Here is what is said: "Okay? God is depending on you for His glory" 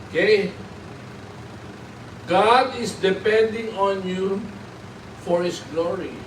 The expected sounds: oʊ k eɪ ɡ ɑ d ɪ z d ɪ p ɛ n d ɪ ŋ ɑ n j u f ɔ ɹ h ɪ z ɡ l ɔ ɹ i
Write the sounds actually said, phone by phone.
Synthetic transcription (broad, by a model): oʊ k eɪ ɡ ɑ d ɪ s d ɪ p ɛ n d ɪ ŋ ɑ n j u f ɔ ɹ h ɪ s ɡ l ɔ ɹ i